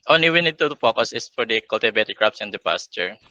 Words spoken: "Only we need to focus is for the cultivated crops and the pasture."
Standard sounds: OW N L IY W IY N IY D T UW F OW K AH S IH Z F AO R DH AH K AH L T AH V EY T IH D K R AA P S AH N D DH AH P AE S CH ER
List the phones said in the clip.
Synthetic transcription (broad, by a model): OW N L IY W IY N IY D T UW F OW K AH S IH S F AO R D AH K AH L T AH B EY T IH K R AA P S AH N D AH P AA S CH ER